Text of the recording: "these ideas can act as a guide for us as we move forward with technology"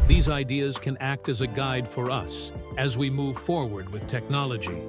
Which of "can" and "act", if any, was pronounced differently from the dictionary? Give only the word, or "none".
none